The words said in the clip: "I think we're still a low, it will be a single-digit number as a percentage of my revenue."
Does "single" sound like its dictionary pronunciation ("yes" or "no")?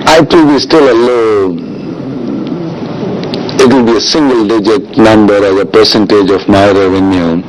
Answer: yes